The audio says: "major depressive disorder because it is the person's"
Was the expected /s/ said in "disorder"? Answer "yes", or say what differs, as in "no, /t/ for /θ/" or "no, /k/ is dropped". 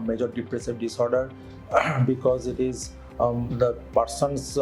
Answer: yes